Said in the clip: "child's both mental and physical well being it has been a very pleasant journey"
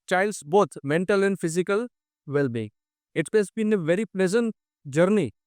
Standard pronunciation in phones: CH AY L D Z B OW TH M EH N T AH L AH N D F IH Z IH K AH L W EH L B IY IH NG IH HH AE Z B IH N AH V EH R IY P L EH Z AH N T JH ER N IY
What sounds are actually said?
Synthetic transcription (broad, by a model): CH AY L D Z B OW T M EH N T AH L AH N D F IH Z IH K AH L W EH L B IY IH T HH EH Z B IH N AH V EH R IY P L EH Z AH N T JH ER N IY